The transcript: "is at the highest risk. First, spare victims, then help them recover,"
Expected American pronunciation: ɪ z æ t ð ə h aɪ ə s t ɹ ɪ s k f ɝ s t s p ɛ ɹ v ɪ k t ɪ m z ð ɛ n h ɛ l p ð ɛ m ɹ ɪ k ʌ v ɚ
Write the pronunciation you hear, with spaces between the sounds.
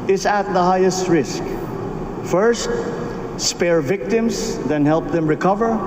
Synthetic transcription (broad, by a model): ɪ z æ t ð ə h aɪ ə s t ɹ ɪ s k f ɝ s t s p ɛ ɹ v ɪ k t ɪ m s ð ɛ n h ɛ l p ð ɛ m ɹ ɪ k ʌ v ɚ